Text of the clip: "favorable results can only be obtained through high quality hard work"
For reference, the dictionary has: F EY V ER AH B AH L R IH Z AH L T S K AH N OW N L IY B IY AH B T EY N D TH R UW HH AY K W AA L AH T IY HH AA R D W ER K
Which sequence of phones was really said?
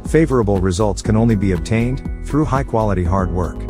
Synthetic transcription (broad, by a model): F EY V ER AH B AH L R IH Z AH L T S K AH N OW N L IY B IY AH B T EY N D TH R UW HH AY K W AA L AH T IY HH AA R D W ER K